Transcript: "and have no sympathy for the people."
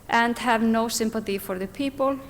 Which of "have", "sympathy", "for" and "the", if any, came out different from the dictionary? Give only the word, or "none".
none